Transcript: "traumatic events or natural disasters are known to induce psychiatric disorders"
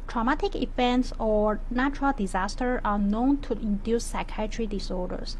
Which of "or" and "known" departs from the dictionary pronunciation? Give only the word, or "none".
none